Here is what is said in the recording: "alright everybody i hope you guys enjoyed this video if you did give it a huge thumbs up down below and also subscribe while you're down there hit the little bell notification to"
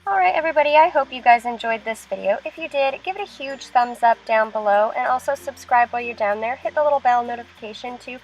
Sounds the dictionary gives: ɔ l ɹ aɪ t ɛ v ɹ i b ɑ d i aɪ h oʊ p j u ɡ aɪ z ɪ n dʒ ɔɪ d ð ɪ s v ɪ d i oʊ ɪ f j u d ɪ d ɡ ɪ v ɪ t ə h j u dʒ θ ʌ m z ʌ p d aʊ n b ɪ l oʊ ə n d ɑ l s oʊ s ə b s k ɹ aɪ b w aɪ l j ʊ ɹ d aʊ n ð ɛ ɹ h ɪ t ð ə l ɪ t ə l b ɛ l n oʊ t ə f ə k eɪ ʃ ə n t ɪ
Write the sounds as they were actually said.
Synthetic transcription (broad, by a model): ɔ l ɹ aɪ t ɛ v ɹ i b ɑ d i aɪ h oʊ p j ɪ ɡ aɪ z ɪ n dʒ ɔɪ d ð ɪ s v ɪ d i oʊ ɪ f j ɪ d ɪ d ɡ ɪ v ɪ t ə h j u dʒ θ ʌ m z ʌ p d aʊ n b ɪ l oʊ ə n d ɑ l s oʊ s ə b s k ɹ aɪ b w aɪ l j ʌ ɹ d aʊ n ð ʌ ɹ h ɪ t ð ə l ɪ t l b ɛ l n oʊ t ə f ə k eɪ ʃ ə n t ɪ